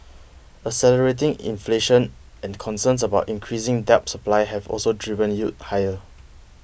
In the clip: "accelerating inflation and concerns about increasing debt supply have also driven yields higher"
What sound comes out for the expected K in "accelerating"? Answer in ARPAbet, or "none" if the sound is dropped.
none